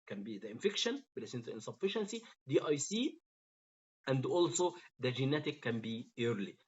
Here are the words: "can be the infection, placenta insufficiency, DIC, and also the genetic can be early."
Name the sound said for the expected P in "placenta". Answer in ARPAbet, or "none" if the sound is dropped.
B